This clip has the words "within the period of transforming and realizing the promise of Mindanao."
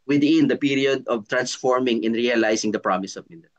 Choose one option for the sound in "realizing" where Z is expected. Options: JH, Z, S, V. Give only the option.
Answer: S